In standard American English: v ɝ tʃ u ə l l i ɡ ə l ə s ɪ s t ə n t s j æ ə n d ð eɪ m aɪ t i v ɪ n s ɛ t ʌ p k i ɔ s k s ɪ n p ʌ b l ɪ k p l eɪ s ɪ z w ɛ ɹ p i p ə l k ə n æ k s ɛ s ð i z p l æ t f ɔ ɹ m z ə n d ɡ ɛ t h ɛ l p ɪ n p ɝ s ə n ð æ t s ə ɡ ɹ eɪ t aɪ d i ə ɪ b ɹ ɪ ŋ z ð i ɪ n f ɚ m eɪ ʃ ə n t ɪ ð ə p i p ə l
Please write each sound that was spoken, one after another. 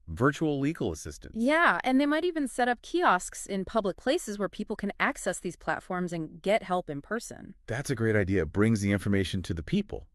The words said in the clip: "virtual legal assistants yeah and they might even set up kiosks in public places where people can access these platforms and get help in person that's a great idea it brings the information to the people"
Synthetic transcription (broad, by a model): v ɝ tʃ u l l i ɡ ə l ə s ɪ s t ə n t j æ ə n ð eɪ m aɪ t i v ɪ n s ɛ t ʌ p k i ɔ s k s ɪ n p ʌ b l ɪ k p l eɪ s ɪ z w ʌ ɹ p i p l k ə n æ k s ɛ s ð i z p l æ t f ɔ ɹ m z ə n ɡ ɛ t h ɛ l p ɪ n p ɝ s ə n ð æ t s ə ɡ ɹ eɪ t aɪ d i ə ɪ b ɹ ɪ ŋ z ð i ɪ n f ɚ m eɪ ʃ n t ɪ ð ə p i p l